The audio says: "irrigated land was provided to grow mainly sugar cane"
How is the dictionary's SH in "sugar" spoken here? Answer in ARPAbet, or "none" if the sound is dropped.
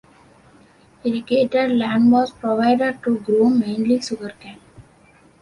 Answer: S